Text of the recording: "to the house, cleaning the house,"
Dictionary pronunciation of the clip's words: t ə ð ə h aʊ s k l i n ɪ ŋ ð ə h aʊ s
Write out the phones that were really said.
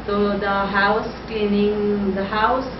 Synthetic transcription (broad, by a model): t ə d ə h aʊ s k i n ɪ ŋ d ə h aʊ s